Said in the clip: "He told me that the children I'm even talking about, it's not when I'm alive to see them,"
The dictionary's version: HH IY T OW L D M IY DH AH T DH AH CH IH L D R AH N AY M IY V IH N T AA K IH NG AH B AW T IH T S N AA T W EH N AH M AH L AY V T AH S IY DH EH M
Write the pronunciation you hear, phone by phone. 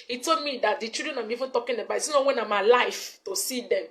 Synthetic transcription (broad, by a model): HH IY T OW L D M IY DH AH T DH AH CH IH D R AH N AY M IY V IH N T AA K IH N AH B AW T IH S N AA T W EH N AH M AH L AY F T AH S IY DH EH M